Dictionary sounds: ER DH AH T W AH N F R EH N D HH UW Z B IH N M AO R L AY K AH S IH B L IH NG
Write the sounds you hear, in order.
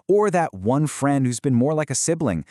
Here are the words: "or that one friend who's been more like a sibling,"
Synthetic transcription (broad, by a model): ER DH AH T W AH N F R EH N D HH UW Z B IH N M AO R L AY K AH S IH B L IH NG